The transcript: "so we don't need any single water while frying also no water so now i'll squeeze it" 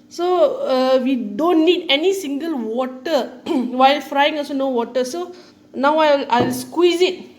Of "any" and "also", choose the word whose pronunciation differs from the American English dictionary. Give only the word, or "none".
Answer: also